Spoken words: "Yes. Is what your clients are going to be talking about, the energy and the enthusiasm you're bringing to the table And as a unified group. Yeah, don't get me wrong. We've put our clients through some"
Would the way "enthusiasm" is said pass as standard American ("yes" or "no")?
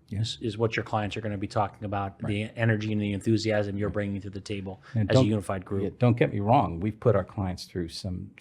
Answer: yes